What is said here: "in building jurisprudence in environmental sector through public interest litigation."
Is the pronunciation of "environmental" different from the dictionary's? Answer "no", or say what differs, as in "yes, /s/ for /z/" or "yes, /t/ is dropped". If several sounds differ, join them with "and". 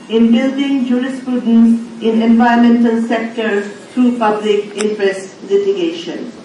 yes, /ɹ/ is dropped